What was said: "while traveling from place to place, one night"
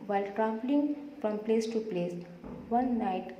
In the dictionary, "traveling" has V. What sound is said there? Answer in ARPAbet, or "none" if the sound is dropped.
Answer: P